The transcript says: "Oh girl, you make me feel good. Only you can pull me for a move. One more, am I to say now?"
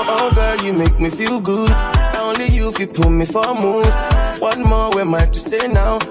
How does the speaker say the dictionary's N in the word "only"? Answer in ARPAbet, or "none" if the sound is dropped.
N